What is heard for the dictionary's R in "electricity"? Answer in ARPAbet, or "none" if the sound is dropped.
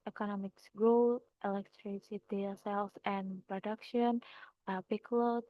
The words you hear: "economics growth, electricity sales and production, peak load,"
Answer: R